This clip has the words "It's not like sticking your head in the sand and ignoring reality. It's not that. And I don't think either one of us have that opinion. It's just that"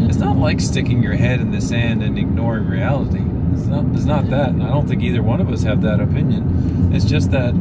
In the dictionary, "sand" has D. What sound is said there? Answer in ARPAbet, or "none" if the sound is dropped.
D